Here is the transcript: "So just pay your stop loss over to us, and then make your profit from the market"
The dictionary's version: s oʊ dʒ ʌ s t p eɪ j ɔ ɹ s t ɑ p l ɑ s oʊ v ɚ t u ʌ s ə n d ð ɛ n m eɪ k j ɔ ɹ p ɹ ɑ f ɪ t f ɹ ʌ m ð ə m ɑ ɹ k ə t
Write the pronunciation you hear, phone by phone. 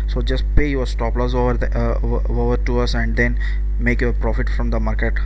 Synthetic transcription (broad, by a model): s oʊ dʒ ʌ s t p eɪ j ɔ ɹ s t ɑ p l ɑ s oʊ v ɚ t u ʌ s ə n d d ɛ n m eɪ k j ɔ ɹ p ɹ ɑ f ɪ t f ɹ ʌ m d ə m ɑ ɹ k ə t